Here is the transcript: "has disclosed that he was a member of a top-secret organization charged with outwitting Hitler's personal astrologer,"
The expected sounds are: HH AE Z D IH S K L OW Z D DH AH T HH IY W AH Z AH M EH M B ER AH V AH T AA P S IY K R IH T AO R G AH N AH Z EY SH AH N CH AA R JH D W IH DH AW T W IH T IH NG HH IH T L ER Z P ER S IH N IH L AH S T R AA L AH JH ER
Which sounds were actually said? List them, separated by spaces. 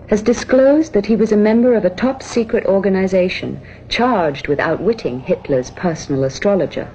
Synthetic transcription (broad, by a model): HH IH Z D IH S K L OW Z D DH AH T HH IY W AH Z AH M EH M B ER AH V AH T AA P S IY K R IH T AO R G AH N AH Z EY SH AH N CH AA R JH D W IH DH AW T W IH T IH NG HH IH T L ER Z P ER S N L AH S T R AA L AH JH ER